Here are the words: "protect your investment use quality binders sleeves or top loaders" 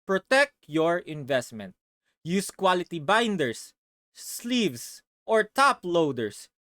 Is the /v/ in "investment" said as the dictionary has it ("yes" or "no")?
yes